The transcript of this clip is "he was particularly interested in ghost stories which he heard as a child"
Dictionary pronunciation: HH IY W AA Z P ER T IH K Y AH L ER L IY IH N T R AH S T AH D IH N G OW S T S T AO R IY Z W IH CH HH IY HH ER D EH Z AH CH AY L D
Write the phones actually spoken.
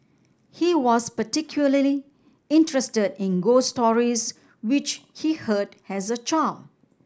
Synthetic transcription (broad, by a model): HH IY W AA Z P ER T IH K Y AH L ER L IY IH N T R AH S T AH D IH N G OW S S T AO R IY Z W IH CH HH IY HH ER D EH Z AH CH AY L